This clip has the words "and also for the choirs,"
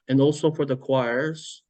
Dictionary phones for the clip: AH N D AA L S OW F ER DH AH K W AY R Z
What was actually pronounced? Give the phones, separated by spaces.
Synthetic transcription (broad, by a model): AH N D AA L S OW F ER DH AH K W AY R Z